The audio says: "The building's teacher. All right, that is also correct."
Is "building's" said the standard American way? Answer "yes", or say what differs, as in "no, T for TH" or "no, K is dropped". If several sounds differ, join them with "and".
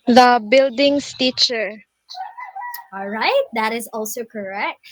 no, S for Z